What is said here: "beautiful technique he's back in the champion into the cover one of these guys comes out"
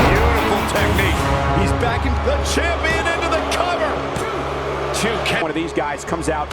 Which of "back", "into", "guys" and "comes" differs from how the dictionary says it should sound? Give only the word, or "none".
none